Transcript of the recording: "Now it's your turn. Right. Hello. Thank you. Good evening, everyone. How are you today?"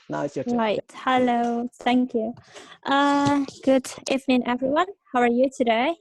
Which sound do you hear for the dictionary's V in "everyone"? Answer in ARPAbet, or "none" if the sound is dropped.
V